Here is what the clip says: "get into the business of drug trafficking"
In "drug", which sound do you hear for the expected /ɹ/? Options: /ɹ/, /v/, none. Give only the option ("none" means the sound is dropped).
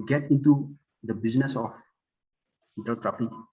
none